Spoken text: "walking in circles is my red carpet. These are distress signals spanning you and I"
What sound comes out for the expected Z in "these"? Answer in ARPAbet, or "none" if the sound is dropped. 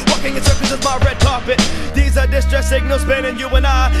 Z